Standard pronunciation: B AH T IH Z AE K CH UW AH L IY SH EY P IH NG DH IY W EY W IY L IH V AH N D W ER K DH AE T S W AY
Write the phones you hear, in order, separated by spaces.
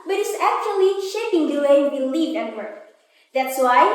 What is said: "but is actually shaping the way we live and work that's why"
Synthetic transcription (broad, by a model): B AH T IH S AE K CH UW AH L IY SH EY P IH NG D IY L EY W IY L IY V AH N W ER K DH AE T S W AY